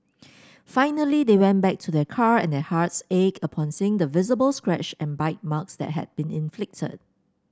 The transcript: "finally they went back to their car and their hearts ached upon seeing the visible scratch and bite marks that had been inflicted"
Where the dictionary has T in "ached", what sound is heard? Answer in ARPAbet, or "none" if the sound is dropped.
none